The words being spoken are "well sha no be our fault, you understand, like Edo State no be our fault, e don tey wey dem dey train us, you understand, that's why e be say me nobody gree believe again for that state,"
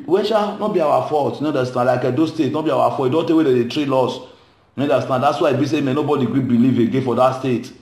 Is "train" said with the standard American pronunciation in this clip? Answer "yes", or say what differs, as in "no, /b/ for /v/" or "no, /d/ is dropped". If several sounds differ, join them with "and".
no, /l/ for /n/